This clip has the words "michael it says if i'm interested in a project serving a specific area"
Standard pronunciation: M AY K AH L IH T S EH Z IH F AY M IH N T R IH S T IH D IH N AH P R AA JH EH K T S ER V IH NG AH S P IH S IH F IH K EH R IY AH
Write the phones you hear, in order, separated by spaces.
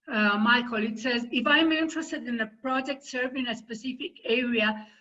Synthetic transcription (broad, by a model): M AY K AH L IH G S EH Z IH F AY M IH N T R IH S T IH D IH N AH P R AA JH EH K T S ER V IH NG AH S P IH S IH F IH K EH R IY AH